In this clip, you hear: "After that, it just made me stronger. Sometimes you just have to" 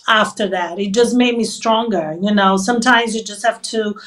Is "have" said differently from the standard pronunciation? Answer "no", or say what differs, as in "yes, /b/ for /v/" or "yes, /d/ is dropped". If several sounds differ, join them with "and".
yes, /f/ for /v/